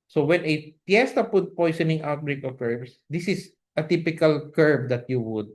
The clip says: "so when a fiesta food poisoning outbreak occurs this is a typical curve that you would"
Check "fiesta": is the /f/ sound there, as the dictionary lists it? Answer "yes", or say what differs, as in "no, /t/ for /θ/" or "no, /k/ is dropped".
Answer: no, /p/ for /f/